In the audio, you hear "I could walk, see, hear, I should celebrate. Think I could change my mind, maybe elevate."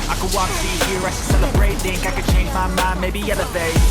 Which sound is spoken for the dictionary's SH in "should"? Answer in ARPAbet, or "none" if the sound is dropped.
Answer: S